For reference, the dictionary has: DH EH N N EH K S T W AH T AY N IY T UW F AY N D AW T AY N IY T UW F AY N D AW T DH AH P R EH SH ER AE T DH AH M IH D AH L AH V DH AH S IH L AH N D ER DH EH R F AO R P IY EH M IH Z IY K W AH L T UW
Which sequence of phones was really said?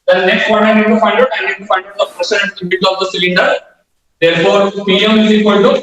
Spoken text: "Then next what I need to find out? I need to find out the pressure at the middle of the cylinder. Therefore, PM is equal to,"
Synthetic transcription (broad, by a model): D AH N N EH K S T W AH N AY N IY T UW F AY N D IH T AY N IY T UW F AY N D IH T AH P R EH S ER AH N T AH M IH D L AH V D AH S IH L AH N D ER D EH R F AO R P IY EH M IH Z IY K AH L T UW